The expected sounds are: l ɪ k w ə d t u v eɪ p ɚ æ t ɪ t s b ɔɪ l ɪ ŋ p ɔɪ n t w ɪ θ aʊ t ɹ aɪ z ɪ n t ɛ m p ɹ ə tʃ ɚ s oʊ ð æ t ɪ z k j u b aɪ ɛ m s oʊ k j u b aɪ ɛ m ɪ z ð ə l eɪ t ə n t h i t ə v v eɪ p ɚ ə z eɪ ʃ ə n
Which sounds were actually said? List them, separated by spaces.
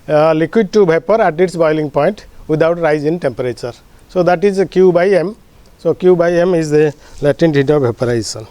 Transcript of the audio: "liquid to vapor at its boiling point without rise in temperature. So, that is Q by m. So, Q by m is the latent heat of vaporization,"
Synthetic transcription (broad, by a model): l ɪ k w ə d t u b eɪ p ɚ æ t ɪ t s b ɔɪ l ɪ ŋ p ɔɪ n t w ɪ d aʊ t ɹ aɪ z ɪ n t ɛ m p ɹ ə tʃ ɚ s oʊ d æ t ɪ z k j u b aɪ ɛ m s oʊ k j u b aɪ ɛ m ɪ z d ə l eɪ t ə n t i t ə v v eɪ p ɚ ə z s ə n